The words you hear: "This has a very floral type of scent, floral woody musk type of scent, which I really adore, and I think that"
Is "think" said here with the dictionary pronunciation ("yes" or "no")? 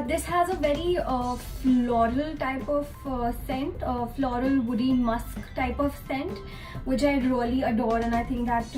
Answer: no